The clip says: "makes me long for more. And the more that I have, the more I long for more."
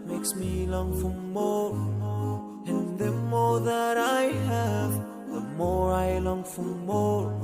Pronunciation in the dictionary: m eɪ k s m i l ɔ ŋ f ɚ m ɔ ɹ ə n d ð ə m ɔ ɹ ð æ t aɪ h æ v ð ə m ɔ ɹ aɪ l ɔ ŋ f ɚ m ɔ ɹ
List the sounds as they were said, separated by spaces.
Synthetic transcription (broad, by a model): m eɪ k s m i l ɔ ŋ f ɚ m ɔ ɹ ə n ð ə m ɔ ɹ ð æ t aɪ h æ v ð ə m ɔ ɹ aɪ l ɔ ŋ f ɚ m ɔ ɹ